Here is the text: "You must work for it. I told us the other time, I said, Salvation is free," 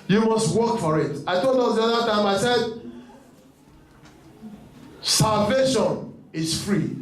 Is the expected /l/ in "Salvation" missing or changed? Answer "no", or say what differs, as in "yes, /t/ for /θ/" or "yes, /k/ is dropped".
no